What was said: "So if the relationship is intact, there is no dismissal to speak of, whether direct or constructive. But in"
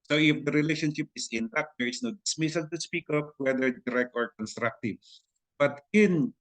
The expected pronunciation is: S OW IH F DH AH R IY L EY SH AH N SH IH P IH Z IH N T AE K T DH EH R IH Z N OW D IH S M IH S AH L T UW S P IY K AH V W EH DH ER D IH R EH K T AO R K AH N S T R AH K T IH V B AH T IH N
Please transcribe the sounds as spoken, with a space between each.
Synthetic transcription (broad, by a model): S OW IH F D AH R IY L EY SH AH N SH IH P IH S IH N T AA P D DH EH R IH S N OW D IH S M IH S AH L T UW S P IY K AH P W EH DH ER D IH R EH K T AO R K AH N S T R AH K T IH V B AH T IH N